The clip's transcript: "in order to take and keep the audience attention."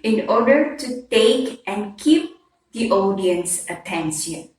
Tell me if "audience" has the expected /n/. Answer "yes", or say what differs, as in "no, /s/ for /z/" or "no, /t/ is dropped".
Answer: yes